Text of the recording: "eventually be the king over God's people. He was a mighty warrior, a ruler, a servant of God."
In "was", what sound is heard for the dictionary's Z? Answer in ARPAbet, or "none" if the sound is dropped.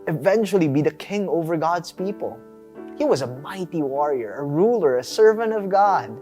Z